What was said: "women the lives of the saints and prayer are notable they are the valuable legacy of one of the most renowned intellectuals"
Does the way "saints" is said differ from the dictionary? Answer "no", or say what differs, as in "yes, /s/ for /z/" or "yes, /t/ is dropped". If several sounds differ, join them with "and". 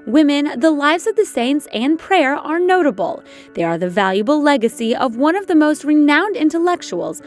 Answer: no